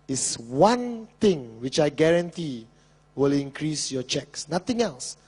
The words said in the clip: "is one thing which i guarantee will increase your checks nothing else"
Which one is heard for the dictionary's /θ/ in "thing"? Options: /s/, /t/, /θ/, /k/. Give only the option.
/t/